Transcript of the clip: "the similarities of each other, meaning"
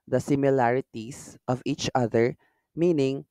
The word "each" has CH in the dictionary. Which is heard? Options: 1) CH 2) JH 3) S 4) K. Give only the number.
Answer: 1